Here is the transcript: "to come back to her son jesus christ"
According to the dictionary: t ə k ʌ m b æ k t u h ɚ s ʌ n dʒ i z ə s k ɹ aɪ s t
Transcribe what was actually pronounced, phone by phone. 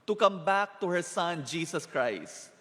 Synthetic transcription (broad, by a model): t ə k ʌ m b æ k t u h ɚ s ʌ n dʒ i s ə s k ɹ aɪ s t